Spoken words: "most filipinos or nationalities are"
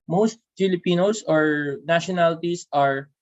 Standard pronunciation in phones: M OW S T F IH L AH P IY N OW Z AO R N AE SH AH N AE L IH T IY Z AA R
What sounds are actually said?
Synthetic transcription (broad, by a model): M OW S T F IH L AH P IY N OW S AO R N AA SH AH N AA L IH T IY S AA R